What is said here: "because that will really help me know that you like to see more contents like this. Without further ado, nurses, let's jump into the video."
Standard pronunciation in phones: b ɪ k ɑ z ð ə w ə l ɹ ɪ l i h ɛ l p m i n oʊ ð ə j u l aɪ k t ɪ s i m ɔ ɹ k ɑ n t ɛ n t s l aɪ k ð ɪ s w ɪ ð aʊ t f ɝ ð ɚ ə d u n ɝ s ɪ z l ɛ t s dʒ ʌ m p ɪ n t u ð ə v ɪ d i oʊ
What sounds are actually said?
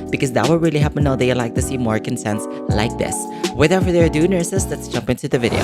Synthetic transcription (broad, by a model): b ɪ k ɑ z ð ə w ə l ɹ ɪ l i h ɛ p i n oʊ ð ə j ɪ l aɪ k t ɪ s i m ɔ ɹ k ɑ n s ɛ n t s l aɪ k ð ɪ s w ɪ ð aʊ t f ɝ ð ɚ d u n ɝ s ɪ s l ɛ t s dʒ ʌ m p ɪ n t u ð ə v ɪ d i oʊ